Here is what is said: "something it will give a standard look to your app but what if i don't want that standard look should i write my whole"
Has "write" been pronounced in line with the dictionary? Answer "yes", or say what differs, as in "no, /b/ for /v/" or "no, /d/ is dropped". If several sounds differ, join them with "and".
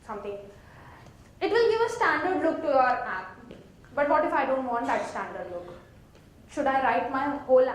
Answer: yes